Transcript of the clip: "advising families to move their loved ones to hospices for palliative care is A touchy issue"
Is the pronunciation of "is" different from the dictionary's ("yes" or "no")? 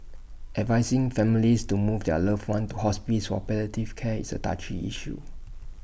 yes